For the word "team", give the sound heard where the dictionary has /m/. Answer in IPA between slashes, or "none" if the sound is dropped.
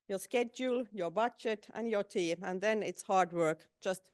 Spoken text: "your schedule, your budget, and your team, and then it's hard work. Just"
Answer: none